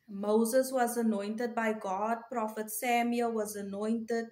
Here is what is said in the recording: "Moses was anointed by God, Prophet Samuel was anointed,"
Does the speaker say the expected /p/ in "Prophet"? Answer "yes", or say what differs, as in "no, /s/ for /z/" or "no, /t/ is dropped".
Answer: yes